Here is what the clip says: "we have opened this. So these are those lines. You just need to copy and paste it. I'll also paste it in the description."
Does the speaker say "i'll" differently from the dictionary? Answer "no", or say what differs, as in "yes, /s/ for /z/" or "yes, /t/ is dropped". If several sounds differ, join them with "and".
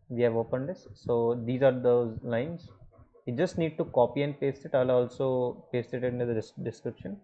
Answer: no